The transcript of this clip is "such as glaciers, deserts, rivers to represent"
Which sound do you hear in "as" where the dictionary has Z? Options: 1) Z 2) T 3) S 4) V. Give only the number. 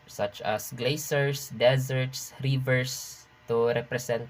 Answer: 3